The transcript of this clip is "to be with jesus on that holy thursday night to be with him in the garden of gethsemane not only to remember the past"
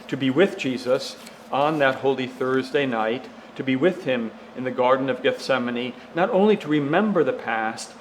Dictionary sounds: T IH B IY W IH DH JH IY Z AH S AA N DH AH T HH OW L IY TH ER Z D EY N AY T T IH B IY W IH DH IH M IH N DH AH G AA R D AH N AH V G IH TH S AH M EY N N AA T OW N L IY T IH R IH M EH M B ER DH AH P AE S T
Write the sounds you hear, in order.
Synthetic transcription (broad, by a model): T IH B IY W IH DH JH IY Z AH S N DH AH T HH OW L IY TH ER Z D EY N AY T T IH B IY W IH DH IH M IH N DH AH G AA R D N AH V G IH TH S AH M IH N N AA T OW N L IY T IH R IH M EH M B ER DH AH P AE S T